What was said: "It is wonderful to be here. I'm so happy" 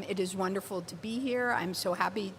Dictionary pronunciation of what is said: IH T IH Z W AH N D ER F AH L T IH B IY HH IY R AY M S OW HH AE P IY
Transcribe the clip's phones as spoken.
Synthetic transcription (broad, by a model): IH T IH Z W AH N D ER F L T IH B IY HH IY R AY M S OW HH AE P IY